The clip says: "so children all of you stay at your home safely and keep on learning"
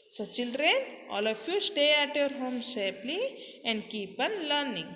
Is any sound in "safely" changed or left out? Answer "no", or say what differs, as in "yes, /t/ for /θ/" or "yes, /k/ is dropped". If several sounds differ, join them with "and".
yes, /p/ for /f/